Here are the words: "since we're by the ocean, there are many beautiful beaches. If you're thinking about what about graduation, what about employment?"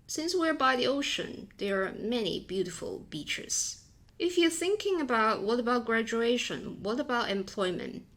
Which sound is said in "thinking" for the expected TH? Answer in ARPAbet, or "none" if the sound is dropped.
TH